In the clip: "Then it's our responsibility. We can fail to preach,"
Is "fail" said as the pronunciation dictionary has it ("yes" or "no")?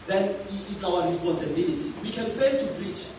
no